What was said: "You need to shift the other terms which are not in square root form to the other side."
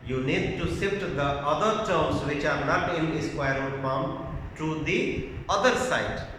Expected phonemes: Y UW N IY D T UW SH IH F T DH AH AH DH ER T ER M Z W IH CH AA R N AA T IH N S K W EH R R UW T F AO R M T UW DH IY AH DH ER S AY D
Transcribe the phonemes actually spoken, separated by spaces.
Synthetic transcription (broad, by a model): Y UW N IY D T UW S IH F T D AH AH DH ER T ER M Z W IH CH AA R N AA T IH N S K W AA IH R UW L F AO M T UW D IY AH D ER S AY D